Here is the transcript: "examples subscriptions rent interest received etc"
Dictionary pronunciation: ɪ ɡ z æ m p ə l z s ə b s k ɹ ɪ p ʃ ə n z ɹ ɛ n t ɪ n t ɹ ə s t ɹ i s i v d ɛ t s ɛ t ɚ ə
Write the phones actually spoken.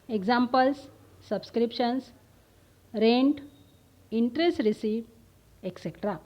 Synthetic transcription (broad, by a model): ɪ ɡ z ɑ m p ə l s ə b s k ɹ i p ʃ ə n s ɹ ɛ n t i n t ɹ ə s t ɹ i s i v ɛ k s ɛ t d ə